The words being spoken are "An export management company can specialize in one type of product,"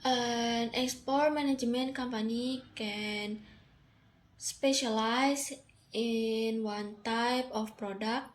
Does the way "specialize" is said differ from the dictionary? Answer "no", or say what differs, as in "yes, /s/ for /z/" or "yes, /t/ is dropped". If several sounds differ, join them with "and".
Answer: yes, /s/ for /z/